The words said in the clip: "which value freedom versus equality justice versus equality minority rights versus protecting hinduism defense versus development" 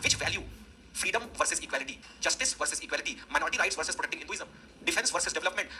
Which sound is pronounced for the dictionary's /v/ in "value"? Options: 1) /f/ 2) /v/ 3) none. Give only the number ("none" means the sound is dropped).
2